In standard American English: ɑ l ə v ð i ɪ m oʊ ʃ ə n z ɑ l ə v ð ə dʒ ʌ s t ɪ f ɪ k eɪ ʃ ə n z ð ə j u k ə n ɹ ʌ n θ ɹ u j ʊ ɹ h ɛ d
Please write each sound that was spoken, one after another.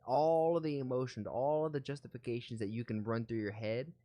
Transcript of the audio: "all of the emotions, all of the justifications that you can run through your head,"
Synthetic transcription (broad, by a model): ɑ l ə v ð i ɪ m oʊ ʃ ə n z ɑ l ə v ð ə dʒ ʌ s t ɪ f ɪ k eɪ ʃ n z ð ə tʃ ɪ k ə n ɹ ʌ n θ ɹ u j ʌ ɹ h ɛ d